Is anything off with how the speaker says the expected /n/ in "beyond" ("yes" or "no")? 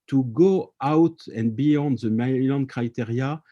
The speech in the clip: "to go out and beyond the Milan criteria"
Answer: no